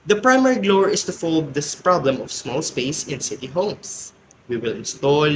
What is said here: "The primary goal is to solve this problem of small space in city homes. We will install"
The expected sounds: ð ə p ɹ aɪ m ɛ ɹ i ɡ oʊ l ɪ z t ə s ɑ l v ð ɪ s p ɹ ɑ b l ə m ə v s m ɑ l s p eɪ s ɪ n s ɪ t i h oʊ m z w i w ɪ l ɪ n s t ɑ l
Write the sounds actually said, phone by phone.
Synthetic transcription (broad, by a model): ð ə p ɹ aɪ m ɛ ɹ i ɡ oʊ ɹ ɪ s t ə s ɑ l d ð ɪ s p ɹ ɑ b l ə m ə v s m ɑ l s p eɪ s ɪ n s ɪ t i h oʊ m s w i w ɪ l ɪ n s t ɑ l